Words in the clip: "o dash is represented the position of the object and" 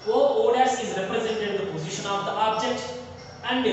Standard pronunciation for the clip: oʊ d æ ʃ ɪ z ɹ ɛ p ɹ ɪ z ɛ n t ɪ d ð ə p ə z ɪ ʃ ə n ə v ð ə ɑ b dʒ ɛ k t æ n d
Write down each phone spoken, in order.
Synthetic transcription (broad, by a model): oʊ d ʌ s ɪ z ɹ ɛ p ɹ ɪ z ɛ n t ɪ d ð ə p ə z ɪ ʃ ə n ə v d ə ɑ b dʒ ɛ k t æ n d